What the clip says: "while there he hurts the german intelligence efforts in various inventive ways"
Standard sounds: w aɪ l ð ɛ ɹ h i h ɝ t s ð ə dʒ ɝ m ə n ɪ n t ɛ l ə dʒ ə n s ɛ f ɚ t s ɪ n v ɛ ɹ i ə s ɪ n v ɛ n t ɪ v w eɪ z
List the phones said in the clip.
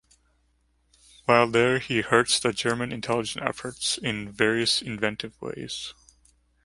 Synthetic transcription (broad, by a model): w aɪ l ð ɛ ɹ h i h ɝ t s ð ə dʒ ɝ m ə n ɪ n t ɛ l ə dʒ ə n ɛ f ɚ t s ɪ n v ɛ ɹ i ə s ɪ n v ɛ n t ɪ v w eɪ z